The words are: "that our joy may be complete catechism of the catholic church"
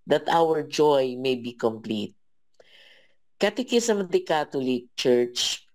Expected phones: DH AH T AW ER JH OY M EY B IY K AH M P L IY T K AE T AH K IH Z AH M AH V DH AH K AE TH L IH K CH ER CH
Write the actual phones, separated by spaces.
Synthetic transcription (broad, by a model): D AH T AW ER JH OY M EY B IY K AH M P L IY T K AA T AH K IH S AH M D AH K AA T L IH K CH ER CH